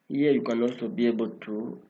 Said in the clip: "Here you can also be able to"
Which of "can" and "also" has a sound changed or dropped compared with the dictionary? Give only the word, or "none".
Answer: also